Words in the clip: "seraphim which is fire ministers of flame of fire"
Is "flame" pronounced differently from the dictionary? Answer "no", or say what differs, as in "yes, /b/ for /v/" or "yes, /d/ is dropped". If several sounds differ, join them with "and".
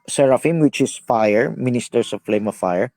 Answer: no